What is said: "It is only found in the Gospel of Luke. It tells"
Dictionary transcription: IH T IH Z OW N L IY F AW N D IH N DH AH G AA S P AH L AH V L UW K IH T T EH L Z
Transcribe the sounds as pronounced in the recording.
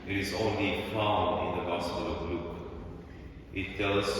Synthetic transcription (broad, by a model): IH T IH Z OW N L IY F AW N IH N DH AH G AA S P AH L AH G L UW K IH T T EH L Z